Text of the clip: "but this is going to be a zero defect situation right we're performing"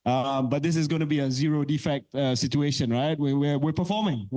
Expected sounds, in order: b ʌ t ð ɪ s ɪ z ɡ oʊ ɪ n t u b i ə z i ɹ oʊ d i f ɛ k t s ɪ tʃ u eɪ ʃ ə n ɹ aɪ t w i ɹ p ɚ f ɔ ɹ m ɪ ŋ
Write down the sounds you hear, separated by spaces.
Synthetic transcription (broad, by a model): b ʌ t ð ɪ s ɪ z ɡ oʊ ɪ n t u b i ə z i ɹ oʊ d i f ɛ k t s ɪ tʃ u eɪ ʃ ə n ɹ aɪ t w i w p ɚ f ɔ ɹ m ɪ ŋ